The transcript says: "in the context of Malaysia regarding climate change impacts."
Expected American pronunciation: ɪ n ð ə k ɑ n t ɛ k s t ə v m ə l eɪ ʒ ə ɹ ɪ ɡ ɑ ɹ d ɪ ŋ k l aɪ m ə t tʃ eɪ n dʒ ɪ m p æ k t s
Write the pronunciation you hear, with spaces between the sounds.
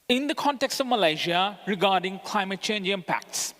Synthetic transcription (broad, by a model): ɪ n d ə k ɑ n t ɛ k s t ə v m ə l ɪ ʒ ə ɹ ɪ ɡ ɑ ɹ d ɪ ŋ k l aɪ m ə t tʃ eɪ n dʒ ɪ m p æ k t s